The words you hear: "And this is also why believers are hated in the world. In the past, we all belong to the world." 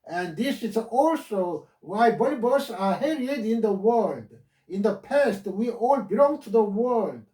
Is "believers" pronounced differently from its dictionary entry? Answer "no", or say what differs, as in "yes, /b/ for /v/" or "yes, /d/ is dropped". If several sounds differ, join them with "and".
yes, /b/ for /v/